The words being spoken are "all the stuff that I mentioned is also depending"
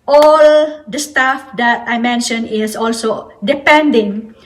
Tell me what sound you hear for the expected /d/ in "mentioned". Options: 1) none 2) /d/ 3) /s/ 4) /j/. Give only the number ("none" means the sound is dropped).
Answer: 1